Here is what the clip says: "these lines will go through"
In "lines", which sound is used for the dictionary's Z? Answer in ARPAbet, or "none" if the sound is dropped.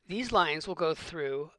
Z